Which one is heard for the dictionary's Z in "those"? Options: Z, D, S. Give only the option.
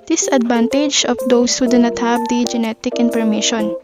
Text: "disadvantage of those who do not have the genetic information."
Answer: S